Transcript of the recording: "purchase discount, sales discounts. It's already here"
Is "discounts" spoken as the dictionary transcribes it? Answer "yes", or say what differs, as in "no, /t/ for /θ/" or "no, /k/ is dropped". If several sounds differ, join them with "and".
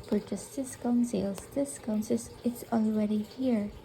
no, /s/ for /t/